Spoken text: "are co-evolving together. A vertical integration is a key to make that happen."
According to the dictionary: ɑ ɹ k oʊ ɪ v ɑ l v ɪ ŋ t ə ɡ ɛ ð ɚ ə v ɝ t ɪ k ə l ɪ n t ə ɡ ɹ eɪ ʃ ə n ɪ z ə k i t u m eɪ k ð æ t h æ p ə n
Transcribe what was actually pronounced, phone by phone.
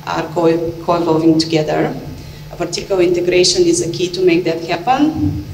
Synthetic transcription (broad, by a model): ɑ ɹ k oʊ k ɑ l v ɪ ŋ t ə ɡ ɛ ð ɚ ə p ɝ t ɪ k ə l ɪ n t ə ɡ ɹ eɪ ʃ ə n ɪ z ə k i t u m eɪ k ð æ t h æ p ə n